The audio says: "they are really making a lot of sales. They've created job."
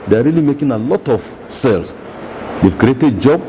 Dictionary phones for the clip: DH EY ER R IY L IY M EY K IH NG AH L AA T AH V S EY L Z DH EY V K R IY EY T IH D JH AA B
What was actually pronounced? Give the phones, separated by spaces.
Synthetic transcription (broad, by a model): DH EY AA R IY L IY M EY K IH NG AH L AA T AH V S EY L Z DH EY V K R IY EY T IH D JH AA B